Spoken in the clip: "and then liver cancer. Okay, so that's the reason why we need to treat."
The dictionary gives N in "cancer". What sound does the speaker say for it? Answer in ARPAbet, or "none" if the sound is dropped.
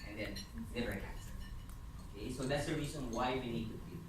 none